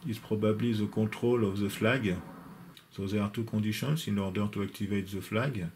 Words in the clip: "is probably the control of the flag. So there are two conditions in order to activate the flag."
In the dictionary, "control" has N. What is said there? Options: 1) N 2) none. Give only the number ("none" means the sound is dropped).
2